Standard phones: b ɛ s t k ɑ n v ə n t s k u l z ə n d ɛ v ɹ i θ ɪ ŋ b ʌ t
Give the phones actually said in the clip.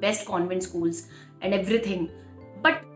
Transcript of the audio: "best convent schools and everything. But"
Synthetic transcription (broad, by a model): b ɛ s t k ɑ n v ə n t s k u l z ə n d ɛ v ɹ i t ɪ ŋ b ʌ t